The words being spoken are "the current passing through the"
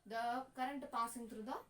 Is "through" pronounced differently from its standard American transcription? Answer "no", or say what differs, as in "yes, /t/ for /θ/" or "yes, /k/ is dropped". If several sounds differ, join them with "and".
yes, /t/ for /θ/